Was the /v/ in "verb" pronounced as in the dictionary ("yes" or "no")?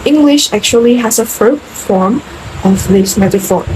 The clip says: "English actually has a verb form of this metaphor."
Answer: no